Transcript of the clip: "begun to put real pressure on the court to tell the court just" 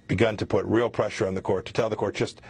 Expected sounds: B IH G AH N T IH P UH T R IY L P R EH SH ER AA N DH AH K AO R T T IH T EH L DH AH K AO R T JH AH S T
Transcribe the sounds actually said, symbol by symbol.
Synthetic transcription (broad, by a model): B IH G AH N T IH P UH T R IY L P R EH SH ER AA N DH AH K AO R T T IH T EH L DH AH K AO R T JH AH S T